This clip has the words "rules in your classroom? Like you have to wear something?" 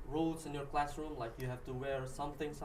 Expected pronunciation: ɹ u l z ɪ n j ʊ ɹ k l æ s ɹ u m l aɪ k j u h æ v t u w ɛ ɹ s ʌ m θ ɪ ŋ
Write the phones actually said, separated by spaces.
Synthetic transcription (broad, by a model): ɹ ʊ l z ɪ n j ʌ ɹ k l æ s ɹ u m l aɪ k j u h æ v t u w ɛ ɹ s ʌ m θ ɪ ŋ